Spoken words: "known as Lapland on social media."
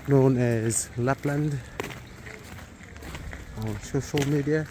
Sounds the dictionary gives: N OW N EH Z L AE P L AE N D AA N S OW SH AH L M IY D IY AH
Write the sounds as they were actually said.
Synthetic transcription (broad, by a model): N OW N EH Z L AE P L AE N D AA N S OW SH AH L M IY D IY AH